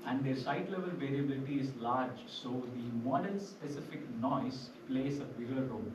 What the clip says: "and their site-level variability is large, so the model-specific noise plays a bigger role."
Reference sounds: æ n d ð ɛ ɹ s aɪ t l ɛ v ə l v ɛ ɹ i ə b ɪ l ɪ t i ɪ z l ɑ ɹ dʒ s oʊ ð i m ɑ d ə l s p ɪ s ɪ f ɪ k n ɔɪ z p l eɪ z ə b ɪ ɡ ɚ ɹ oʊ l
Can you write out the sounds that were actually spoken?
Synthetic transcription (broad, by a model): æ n d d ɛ ɹ s aɪ t l ɛ v ə l v ɛ ɹ i ə b ɪ l ɪ t i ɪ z l ɑ ɹ dʒ s oʊ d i m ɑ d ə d s p ɪ s ɪ f ɪ k n ɔɪ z p l eɪ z ə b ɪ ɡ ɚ ɹ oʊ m